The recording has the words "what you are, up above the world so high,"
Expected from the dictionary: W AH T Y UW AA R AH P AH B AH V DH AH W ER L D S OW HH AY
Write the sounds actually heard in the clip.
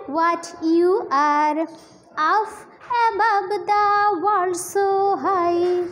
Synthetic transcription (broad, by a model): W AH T Y UW AA R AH F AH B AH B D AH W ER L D S OW HH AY